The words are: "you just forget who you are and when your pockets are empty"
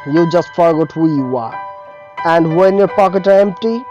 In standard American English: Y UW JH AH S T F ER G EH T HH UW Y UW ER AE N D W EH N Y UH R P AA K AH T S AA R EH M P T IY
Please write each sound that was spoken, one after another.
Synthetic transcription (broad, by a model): Y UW JH AH S T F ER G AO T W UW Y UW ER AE N D W EH N Y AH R P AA K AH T AA R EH M P T IY